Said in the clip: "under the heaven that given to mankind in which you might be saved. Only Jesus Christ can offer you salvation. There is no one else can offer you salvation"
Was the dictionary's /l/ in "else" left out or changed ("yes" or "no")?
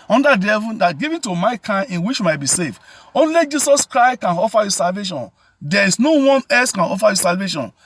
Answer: yes